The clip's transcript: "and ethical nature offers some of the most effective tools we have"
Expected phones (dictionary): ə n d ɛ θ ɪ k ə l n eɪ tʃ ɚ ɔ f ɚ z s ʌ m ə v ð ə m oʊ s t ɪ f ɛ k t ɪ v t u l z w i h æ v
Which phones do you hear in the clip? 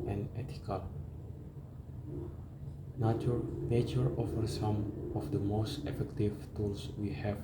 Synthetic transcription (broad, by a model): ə n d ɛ t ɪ k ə l n eɪ tʃ ɚ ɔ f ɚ s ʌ m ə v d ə m oʊ s t ɪ f ɛ k t ɪ v t u l s w i h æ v